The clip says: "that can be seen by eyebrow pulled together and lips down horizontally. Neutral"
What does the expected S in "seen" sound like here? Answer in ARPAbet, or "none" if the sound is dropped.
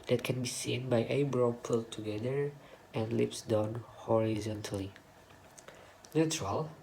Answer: S